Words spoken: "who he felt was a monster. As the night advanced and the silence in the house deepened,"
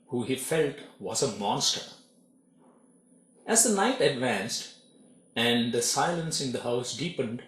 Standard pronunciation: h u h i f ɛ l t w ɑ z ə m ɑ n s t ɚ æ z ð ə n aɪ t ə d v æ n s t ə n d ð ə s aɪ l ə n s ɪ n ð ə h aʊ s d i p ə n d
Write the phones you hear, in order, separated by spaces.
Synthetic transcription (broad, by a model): h u h i f ɛ l t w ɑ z ə m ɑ n s t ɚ æ z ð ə n aɪ t ə d v æ n s t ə n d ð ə s aɪ l ə n s ɪ n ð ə h aʊ s d i p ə n d